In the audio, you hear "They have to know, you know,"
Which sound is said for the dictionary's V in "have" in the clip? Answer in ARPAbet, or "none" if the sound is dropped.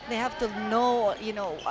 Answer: F